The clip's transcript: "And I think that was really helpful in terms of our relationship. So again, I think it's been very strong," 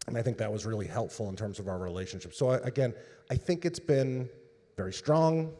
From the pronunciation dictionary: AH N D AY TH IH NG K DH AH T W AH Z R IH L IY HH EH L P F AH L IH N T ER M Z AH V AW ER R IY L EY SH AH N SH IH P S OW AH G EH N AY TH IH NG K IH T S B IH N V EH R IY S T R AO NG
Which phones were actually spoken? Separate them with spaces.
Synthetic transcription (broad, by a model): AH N AY TH IH NG K DH AH T W AH Z R IH L IY HH EH L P F L IH N T ER M Z AH V AW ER R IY L EY SH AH N SH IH P S OW AH G EH N AY TH IH NG K IH T S B IH N V EH R IY S T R AO NG